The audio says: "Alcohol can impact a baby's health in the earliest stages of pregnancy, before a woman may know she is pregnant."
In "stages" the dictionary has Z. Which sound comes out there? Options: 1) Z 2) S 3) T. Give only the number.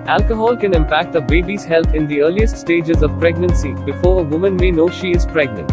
1